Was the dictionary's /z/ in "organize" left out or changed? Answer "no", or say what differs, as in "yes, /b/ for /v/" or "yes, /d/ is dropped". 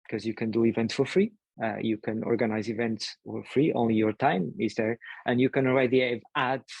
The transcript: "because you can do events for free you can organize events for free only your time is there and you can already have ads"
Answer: no